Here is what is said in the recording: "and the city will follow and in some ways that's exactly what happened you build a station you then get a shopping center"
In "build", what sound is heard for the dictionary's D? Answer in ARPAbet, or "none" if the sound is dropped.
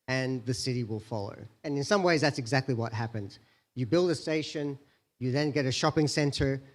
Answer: D